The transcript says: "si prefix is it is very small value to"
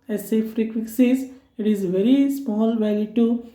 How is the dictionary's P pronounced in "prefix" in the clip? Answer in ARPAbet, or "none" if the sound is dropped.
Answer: F